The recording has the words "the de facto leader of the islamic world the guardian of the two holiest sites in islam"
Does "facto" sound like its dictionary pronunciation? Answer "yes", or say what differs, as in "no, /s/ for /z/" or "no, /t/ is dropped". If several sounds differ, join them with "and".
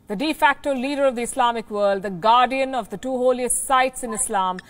yes